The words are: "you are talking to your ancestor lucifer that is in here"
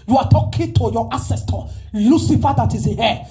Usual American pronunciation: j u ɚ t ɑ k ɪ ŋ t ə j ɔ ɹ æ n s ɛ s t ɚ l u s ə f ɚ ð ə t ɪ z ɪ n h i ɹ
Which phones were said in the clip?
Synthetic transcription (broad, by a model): j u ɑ t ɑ k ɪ t ə j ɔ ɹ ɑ s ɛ s t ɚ l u s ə f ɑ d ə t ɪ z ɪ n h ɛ